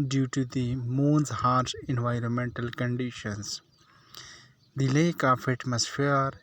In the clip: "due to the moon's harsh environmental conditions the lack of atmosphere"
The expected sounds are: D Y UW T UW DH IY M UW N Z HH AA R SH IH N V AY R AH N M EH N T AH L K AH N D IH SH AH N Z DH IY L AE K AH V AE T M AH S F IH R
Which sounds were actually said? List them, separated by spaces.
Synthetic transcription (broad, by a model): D Y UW T UW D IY M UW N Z HH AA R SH IH N V AY R AH N M EH N T AH L K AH N D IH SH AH N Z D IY L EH K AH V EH T M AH S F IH R